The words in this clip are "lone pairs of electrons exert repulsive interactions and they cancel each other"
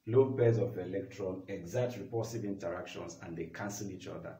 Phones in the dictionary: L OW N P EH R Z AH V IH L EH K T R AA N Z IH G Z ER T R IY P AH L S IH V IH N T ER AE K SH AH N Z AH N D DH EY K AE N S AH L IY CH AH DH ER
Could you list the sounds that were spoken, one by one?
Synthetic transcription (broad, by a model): L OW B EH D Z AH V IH L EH K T R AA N IH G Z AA T R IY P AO S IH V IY N T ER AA K SH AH N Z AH N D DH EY K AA N S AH L IY CH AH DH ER